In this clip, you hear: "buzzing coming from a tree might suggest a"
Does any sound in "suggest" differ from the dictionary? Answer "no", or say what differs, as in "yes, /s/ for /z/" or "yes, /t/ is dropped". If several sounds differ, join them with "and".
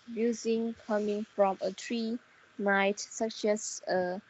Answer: yes, /t/ is dropped